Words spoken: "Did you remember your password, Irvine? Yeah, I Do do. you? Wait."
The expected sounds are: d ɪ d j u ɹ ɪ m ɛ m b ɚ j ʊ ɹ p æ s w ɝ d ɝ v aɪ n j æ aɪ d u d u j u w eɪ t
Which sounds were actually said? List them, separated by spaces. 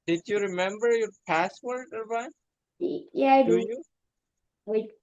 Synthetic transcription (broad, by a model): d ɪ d j u ɹ ɪ m ɛ m b ɚ j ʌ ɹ p æ s w ɝ d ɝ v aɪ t j æ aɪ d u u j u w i